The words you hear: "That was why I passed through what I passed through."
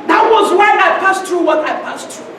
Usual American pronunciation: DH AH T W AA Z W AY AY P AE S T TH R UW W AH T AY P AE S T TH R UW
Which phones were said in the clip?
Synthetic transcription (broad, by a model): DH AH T W AA Z W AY AY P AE S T R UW W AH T AY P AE S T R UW